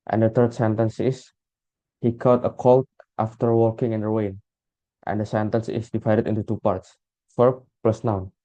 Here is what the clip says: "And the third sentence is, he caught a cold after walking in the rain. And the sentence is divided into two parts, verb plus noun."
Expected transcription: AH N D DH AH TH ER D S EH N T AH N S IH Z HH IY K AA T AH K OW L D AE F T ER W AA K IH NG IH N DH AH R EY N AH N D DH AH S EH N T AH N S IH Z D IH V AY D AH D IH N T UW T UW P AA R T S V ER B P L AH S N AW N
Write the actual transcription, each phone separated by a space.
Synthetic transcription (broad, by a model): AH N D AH T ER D S EH N T AH N S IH S HH IY K AA T AH K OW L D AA F T ER W AA K IH NG IH N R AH W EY N AH N D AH S EH N T AH N S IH S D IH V AY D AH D IH N T UW T UW P AA R T S F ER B P L AH S N AW N